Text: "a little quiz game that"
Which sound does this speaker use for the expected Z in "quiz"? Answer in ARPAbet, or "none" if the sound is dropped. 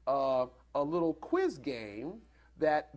Z